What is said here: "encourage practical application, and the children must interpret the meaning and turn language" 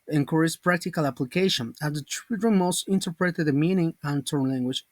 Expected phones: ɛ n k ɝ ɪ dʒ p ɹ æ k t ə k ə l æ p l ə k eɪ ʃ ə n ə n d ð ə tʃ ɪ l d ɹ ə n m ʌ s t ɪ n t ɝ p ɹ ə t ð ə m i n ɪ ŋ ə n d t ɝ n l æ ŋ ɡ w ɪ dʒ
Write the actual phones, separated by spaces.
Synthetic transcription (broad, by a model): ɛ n k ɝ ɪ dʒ p ɹ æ k t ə k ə l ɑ p l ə k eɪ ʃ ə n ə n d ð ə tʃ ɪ d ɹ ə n m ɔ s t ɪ n t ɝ p ɹ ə t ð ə m i n ɪ ŋ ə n t ɝ n l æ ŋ ɡ w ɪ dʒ